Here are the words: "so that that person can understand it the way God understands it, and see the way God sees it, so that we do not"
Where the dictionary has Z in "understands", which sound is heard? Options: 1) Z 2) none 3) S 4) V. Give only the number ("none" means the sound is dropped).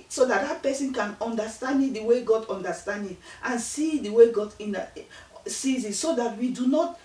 2